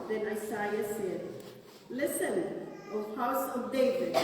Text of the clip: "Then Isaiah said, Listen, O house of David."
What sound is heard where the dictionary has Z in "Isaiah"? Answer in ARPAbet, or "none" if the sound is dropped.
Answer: S